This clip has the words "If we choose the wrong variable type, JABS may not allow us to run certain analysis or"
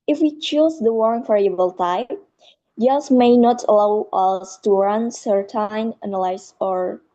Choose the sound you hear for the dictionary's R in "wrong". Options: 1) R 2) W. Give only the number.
2